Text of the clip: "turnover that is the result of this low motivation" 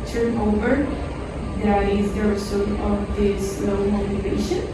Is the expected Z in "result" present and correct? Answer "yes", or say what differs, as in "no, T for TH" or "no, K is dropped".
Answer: no, S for Z